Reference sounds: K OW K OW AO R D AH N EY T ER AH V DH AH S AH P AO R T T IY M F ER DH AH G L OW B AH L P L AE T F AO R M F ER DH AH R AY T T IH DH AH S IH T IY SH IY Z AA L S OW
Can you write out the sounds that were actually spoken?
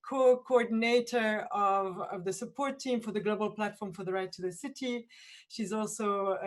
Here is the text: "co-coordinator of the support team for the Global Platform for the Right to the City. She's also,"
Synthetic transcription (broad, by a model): K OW K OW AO R D N EY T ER AH V DH AH S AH P AO R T T IY M F ER DH AH G L OW B AH L P L AE T F AO R M F ER DH AH R AY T T IH DH AH S IH T IY SH IY Z AA L S OW